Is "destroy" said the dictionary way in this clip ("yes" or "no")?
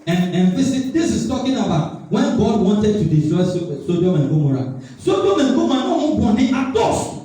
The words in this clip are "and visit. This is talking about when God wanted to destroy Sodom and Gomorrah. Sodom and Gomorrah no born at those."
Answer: no